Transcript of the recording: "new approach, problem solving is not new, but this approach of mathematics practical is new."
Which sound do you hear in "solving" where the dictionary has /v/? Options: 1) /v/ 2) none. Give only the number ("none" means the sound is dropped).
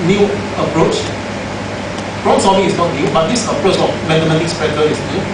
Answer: 2